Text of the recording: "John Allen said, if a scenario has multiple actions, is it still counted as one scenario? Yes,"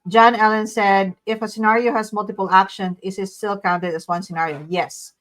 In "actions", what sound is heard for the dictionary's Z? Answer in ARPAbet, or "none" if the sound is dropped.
none